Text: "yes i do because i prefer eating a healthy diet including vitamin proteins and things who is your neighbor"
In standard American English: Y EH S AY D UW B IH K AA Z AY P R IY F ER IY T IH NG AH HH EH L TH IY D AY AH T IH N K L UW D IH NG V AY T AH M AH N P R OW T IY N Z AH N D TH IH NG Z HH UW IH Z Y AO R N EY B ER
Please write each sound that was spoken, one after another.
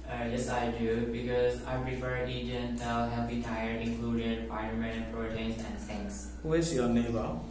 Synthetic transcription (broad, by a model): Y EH S AY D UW B IH K AA Z AY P R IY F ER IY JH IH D AH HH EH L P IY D AY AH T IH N K L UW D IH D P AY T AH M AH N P R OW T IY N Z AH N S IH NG S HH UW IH S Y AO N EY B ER